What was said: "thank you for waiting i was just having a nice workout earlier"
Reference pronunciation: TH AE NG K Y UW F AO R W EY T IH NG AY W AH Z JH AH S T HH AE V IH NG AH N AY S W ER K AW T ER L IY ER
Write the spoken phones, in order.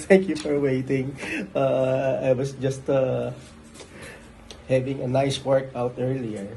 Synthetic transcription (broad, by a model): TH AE NG K Y UW F AO R W EY T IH NG AY W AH S JH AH S T HH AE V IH NG AH N AY S W ER K AW T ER L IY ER